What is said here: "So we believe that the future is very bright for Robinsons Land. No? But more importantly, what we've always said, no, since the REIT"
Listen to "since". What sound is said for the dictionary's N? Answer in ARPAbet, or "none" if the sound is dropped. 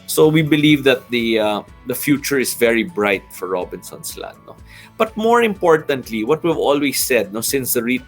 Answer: N